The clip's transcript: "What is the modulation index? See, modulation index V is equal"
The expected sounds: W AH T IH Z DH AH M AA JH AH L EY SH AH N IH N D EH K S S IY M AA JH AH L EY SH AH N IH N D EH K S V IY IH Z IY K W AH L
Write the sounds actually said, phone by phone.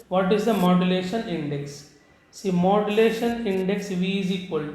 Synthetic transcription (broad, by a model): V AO T IH Z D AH M AA JH AH L EY SH AH N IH N D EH K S S IY M AA JH AH L EY SH AH N IH N D EH K S V IY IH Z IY K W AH L